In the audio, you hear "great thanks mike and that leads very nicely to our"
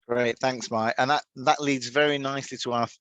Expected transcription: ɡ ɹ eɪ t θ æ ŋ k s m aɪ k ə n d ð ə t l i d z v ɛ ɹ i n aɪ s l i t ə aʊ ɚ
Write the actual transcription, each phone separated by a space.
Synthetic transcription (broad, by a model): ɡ ɹ eɪ t θ æ ŋ k s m aɪ ə n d ð ə t l i d z v ɛ ɹ i n aɪ s l i t ə aʊ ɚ